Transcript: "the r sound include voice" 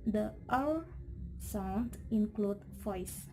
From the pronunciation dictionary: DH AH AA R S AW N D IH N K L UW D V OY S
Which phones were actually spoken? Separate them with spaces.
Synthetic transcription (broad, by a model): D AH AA L S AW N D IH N K L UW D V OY S